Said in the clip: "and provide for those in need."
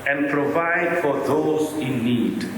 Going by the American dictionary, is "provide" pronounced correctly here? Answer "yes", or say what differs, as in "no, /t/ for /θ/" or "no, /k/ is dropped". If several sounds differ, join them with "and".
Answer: yes